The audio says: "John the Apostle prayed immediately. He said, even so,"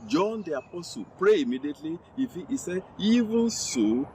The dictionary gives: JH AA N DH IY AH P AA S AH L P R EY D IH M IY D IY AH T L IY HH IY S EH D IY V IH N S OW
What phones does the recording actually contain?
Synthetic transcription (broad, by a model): JH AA N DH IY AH P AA S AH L P R EY IH M IY D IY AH T L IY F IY S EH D IY V IH N S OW